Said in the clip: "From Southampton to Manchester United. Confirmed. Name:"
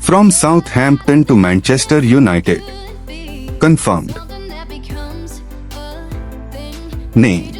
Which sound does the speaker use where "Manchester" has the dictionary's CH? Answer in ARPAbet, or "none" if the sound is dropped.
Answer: CH